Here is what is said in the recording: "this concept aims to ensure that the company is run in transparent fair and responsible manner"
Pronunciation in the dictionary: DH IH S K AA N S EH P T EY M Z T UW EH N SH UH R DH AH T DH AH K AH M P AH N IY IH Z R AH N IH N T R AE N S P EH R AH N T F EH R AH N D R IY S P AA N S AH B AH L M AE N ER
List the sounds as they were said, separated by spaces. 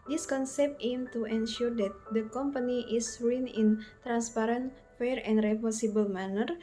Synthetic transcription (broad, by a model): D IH S K AA N S EH P T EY M T UW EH N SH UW R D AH T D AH K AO M P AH N IY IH S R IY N IH N T R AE N S P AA R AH N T F EH R AH N D R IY P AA S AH B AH L M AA N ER